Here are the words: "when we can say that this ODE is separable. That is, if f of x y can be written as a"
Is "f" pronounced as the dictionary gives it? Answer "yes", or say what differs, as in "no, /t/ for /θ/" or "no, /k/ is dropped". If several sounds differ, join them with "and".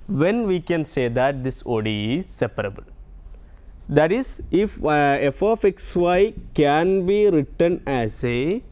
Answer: yes